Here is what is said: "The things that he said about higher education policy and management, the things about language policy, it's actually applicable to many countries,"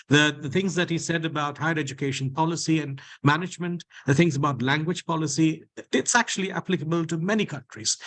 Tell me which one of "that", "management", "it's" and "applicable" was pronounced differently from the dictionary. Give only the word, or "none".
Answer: none